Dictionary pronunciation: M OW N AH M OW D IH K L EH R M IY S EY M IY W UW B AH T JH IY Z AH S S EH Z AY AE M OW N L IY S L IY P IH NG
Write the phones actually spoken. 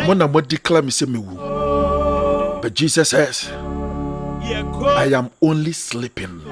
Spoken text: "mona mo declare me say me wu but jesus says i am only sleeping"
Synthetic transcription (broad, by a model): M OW N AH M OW D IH K L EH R M IY S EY M IY W UW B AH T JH IY S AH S S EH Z AY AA M OW N L IY S L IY P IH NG